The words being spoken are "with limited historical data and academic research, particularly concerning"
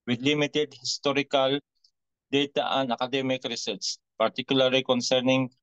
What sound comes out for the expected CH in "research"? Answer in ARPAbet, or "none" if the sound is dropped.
S